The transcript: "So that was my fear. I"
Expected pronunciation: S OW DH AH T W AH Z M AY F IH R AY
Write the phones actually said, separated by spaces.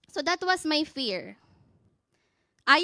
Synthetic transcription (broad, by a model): S OW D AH T W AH S M AY F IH R AY